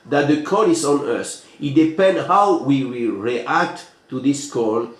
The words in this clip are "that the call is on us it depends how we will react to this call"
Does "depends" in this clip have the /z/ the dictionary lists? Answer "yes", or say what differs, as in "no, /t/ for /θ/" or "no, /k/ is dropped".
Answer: no, /z/ is dropped